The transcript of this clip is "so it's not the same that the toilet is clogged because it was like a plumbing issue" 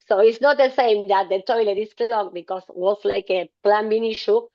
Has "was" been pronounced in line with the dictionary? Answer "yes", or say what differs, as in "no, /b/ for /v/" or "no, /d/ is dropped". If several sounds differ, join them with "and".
no, /s/ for /z/